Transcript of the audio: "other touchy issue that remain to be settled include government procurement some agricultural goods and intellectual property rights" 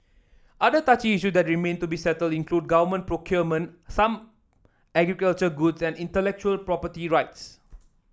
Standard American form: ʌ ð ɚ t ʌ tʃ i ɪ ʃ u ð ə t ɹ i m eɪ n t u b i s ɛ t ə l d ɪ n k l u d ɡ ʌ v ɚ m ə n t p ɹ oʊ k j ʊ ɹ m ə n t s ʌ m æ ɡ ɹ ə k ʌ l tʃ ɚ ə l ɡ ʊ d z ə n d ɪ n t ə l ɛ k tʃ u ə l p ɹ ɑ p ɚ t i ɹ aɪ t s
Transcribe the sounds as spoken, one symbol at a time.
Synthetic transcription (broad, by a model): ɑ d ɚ t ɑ tʃ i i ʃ u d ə t ɹ i m eɪ n t u b i s ɛ t ə l d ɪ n k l u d ɡ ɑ v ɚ m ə n p ɹ oʊ k j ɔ m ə n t s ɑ m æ ɡ ɹ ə k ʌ l tʃ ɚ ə ɡ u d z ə n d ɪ n t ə l ɛ k tʃ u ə l p ɹ ɑ p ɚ t i ɹ aɪ t s